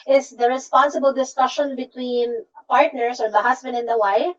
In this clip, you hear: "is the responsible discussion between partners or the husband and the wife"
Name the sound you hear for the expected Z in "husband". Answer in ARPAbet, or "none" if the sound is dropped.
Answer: S